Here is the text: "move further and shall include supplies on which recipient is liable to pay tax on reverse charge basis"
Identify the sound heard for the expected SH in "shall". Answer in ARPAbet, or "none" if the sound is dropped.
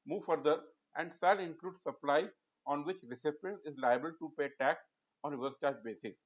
S